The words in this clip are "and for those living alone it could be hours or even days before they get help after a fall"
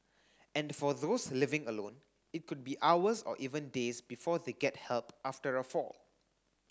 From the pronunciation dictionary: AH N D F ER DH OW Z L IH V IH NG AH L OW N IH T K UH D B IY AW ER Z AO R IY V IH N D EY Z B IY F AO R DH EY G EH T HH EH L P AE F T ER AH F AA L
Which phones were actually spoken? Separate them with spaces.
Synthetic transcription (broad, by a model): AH N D F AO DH OW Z L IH V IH NG AH L OW N IH T K UH D B IY AW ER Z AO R IY V IH N D EY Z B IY F AO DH EY G EH T HH EH L P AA F T ER AH F AA L